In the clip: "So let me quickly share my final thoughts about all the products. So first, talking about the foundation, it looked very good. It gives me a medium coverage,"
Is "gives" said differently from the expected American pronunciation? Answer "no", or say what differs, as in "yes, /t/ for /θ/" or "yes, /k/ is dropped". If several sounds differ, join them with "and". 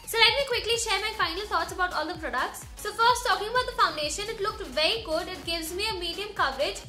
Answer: no